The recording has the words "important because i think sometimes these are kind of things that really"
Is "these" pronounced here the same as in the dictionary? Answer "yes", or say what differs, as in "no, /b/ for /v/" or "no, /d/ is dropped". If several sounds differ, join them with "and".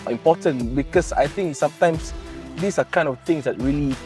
no, /s/ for /z/